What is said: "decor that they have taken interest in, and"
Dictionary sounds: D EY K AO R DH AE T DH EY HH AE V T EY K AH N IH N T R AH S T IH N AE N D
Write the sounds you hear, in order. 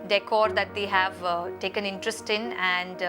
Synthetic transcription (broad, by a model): D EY K AO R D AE T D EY HH AE V T EY K AH N IH N T R AH S T IH N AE N D